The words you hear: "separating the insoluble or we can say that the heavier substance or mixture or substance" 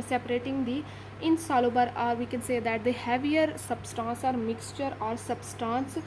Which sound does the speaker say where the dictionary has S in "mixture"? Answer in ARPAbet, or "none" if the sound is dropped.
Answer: S